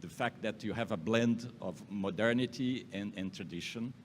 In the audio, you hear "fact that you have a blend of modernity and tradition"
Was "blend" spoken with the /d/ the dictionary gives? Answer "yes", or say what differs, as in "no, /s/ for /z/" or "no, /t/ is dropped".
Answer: yes